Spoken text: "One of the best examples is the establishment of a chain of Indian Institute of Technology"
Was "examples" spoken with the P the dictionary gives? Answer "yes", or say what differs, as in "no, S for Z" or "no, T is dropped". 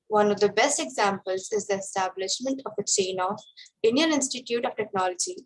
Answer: yes